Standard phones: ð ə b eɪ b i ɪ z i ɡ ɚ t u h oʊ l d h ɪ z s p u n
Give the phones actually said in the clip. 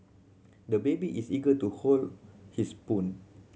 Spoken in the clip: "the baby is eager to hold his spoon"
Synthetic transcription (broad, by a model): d ə b eɪ b i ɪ s i ɡ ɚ t u h oʊ l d h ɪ s p u n